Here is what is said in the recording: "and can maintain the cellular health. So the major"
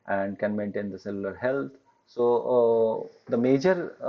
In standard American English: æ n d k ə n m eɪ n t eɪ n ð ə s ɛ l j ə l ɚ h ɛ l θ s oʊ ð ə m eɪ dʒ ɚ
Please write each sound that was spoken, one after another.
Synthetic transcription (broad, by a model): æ n d k ə n m eɪ n t eɪ n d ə s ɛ l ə l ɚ h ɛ l t s oʊ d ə m eɪ dʒ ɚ